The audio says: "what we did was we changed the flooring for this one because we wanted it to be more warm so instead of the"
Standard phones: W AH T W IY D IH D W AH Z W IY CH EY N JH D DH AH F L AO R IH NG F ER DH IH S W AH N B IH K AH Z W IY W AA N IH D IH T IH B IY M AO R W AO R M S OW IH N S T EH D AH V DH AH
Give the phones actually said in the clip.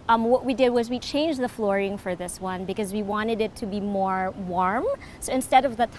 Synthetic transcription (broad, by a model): W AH T W IY D IH D W AH Z W IY CH EY N JH DH AH F L AO R IH NG F ER DH IH S W AH N B IH K AH Z W IY W AA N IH D IH T IH B IY M AO R W AO R M S OW IH N S T EH D AH V DH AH